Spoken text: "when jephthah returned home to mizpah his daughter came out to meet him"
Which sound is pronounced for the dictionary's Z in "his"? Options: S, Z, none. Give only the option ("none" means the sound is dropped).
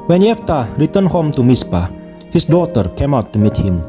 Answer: S